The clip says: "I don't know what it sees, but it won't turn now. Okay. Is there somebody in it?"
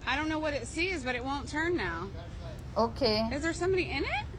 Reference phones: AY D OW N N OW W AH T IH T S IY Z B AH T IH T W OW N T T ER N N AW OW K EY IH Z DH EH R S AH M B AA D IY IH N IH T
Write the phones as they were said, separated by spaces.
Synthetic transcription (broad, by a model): AY D OW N N OW W AH T IH T S IY Z B AH T IH T W OW N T T ER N N AW OW K EY IH Z DH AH R S AH M B AA D IY IH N IH T